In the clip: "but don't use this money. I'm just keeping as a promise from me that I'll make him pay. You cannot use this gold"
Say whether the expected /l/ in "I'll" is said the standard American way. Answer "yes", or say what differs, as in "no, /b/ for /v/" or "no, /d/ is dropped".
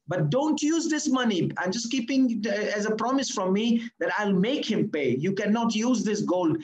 yes